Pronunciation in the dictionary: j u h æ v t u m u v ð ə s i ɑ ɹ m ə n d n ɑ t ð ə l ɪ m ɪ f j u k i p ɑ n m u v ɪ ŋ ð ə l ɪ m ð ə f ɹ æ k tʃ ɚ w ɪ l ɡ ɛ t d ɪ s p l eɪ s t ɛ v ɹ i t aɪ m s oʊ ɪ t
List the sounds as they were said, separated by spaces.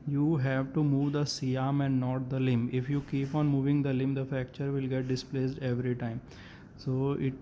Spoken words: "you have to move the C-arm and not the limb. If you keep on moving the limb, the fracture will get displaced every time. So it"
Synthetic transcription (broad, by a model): j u h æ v t u m u v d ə s i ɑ m ə n d n ɑ t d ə l ɪ m ɪ f j u k i p ɑ n m u v ɪ ŋ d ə l ɪ m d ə f æ k tʃ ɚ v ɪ l ɡ ɛ t d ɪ s p l eɪ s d ɛ v ɹ i t aɪ m s oʊ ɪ t